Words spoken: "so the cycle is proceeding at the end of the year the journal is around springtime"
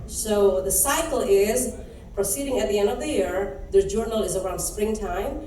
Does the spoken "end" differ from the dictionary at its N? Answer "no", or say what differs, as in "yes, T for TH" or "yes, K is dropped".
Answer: no